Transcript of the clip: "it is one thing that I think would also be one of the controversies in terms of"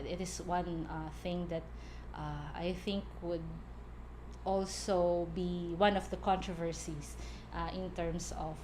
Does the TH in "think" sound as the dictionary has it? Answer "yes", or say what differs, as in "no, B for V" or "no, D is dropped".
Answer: yes